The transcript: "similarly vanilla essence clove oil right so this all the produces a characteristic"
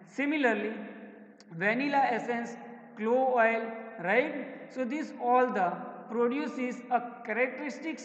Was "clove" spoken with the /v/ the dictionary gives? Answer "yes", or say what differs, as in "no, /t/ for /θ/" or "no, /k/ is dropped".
no, /v/ is dropped